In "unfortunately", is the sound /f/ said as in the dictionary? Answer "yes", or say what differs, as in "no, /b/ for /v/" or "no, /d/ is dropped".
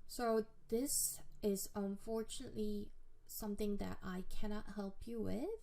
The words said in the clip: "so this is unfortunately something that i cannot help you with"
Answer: yes